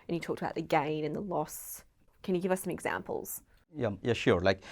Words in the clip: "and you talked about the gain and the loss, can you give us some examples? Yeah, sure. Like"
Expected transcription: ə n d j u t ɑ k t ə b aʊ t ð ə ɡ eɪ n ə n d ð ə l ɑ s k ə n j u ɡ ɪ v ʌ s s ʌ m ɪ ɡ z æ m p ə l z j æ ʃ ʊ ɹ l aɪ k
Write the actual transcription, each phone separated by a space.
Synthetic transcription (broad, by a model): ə n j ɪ t ɑ k t ə b aʊ t ð ə ɡ eɪ n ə n ð ə l ɑ s k ə n j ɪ ɡ ɪ v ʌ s s ʌ m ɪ ɡ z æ m p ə l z j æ ʃ ʊ ɹ l aɪ k